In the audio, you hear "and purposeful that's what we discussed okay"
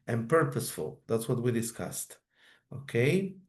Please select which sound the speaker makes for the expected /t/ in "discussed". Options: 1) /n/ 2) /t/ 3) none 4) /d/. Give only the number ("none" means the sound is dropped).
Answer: 2